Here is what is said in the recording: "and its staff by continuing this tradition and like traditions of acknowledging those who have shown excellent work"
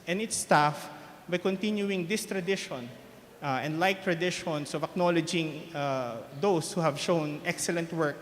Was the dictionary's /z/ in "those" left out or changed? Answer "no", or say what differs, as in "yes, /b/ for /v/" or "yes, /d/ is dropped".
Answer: yes, /s/ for /z/